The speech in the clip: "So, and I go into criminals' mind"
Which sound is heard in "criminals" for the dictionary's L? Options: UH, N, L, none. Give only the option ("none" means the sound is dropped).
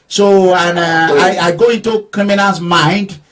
none